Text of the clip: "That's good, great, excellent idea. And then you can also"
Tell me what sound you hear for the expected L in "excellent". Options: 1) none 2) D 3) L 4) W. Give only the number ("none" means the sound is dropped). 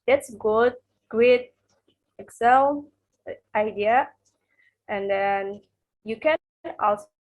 1